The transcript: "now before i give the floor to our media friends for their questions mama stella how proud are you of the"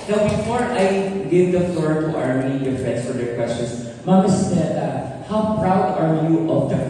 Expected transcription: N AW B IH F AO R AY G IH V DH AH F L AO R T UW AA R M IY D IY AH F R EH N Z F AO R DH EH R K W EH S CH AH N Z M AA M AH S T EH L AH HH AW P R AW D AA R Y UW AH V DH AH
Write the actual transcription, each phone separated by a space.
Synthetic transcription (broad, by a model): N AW B IH F AO R AY G IH V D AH F L AO R T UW AA R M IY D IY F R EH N S F AO R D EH R K W EH S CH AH N S M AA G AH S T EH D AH HH AW P R AW D AA R Y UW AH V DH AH